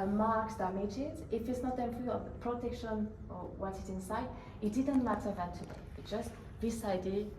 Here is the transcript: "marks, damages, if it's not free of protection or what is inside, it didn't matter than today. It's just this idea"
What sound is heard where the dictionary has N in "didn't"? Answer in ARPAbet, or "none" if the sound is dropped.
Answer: N